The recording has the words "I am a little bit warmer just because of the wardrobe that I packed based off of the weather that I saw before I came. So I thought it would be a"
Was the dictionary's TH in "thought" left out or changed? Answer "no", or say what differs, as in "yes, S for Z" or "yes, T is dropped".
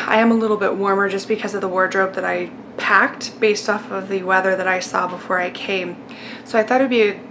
no